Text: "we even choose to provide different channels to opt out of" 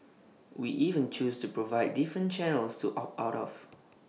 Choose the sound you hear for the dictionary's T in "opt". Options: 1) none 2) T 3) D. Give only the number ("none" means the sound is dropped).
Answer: 1